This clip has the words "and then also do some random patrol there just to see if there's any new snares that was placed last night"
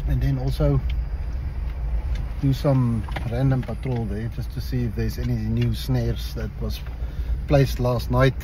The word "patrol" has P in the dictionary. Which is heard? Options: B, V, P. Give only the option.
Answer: P